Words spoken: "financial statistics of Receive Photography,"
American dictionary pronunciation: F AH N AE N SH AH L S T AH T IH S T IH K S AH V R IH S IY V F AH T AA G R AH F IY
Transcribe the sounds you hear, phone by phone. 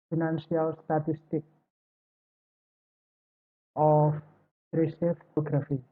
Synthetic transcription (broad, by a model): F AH N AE N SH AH L S T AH T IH S T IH K AH P R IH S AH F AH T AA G R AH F IY